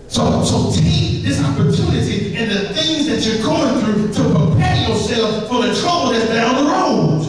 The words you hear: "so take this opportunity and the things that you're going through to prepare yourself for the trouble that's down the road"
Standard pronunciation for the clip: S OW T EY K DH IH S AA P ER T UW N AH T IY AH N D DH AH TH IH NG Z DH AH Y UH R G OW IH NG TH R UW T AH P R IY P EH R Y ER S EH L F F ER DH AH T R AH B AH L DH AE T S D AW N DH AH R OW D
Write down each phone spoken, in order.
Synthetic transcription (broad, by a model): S OW S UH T DH IH S AA P ER T UW N AH T IY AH N DH AH TH IH NG Z DH AH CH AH R G OW IH NG TH R UW T AH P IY P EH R Y ER S EH L F F ER DH AH T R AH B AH L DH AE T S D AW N DH AH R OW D